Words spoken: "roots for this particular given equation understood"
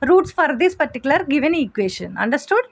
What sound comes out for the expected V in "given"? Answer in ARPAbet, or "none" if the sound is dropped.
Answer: V